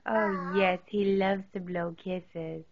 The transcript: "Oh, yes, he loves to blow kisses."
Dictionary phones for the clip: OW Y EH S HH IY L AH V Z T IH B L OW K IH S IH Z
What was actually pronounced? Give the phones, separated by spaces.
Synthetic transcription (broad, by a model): OW Y EH S HH IY L AH V Z T IH B L OW K IH S IH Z